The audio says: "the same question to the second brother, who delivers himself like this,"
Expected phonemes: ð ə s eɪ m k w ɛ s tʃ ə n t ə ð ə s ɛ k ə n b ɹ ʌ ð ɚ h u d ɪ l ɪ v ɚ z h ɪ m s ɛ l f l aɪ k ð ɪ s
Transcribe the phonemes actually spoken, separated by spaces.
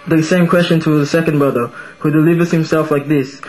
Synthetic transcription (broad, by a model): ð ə s eɪ m k w ɛ s tʃ ə n t ə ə s ɛ k ə n b ɹ ʌ ð ɚ h u d ɪ l ɪ v ɚ z h ɪ m s ɛ l f l aɪ k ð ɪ s